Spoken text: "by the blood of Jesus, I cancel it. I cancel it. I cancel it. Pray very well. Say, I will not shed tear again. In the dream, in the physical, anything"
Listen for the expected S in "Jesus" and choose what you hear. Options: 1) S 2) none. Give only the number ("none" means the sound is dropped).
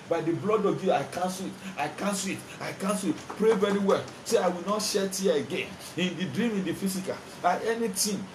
2